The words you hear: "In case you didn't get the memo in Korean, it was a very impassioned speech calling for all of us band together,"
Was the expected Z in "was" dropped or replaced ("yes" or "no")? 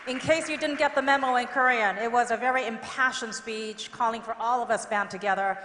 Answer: no